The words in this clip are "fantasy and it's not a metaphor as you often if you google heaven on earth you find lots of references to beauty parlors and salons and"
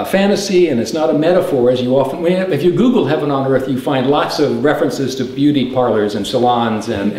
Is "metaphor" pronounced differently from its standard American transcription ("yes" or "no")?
no